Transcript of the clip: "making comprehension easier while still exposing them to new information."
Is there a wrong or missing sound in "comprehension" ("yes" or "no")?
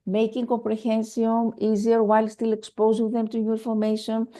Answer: yes